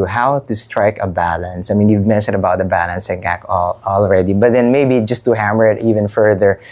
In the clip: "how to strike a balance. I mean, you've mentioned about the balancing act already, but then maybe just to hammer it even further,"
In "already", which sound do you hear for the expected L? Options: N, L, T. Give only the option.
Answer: L